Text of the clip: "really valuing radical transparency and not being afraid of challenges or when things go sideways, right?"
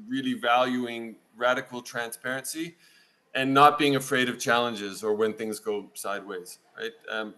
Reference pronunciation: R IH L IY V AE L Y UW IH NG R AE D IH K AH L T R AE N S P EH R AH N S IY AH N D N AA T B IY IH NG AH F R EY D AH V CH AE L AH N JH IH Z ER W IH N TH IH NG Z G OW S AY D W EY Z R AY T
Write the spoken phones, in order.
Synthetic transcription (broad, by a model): R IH L IY V AE L Y UW IH NG R AE D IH K L T R AE N S P EH R AH N S IY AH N N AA T B IY IH NG AH F R EY D AH V CH AE L AH N JH IH Z ER W IH N TH IH NG Z G OW S AY D W EY Z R AY T